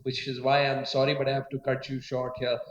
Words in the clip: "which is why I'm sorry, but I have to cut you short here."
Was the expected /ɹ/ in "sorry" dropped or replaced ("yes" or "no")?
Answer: no